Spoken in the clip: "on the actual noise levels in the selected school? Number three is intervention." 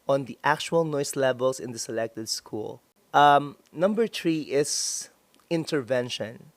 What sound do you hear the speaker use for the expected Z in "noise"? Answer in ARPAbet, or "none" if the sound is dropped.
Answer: S